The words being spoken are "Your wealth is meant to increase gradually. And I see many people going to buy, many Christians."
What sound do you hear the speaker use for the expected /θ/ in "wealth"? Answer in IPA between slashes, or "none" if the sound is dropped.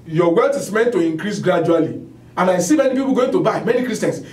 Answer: /t/